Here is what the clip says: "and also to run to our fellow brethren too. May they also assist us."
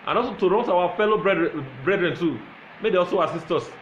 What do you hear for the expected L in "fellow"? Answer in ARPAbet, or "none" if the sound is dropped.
L